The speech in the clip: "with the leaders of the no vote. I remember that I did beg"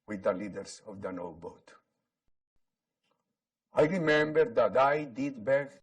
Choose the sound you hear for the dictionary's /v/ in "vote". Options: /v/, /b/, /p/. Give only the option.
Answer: /b/